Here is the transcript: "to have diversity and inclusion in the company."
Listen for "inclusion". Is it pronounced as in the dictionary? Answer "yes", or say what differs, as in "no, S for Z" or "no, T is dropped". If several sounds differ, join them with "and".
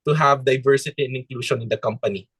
no, SH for ZH